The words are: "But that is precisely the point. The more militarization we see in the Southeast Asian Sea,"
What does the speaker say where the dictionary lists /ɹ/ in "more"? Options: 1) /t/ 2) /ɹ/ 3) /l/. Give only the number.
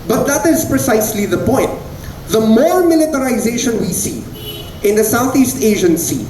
3